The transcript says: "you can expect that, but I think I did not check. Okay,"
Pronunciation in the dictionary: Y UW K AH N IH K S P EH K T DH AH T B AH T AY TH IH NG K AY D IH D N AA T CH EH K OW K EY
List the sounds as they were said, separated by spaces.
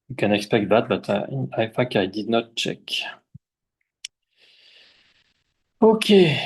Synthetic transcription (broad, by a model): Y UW K AH N IH K S P EH K T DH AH T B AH T AY F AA K AY D IH D N AA T CH EH K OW K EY